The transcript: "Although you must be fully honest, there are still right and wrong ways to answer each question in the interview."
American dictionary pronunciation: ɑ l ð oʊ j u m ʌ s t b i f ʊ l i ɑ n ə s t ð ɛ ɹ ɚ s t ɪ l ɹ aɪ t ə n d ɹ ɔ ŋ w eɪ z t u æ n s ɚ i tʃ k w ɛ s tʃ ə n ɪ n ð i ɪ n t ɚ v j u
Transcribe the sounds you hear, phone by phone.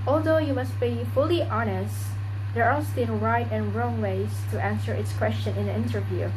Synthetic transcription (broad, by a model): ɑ l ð oʊ j u m ʌ s t b i f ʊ l i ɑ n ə s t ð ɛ ɹ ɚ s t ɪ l ɹ aɪ t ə n ɹ ɔ ŋ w eɪ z t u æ n s ɚ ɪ s k w ɛ s tʃ ə n ɪ n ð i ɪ n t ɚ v j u